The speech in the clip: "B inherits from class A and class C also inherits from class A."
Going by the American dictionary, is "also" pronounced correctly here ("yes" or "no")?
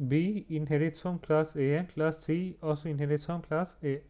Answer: no